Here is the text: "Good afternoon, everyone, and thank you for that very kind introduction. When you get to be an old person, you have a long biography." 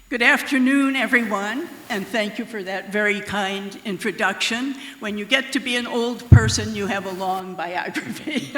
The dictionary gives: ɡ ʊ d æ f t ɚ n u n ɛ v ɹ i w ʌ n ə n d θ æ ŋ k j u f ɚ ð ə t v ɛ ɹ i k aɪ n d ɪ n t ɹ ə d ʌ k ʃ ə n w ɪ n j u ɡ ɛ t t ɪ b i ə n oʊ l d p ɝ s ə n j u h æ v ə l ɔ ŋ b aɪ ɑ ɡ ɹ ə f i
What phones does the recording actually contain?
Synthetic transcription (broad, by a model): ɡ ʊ d æ f t ɚ n u n ɛ v ɹ i w ʌ n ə n θ æ ŋ k j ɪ f ɚ ð ə t v ɛ ɹ i k aɪ n d ɪ n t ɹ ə d ʌ k ʃ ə n w ɪ n j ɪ ɡ ɛ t t ɪ b i ə n oʊ l d p ɝ s ə n j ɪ v ə l ɔ ŋ b aɪ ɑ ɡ ɹ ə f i